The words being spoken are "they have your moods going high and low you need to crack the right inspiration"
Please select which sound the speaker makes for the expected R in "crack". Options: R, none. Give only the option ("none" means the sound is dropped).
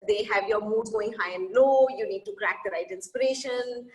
R